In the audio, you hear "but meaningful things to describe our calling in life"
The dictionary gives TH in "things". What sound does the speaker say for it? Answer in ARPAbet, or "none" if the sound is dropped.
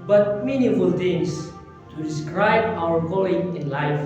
T